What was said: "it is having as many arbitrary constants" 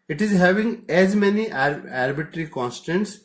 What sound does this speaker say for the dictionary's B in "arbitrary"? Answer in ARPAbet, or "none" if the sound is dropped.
none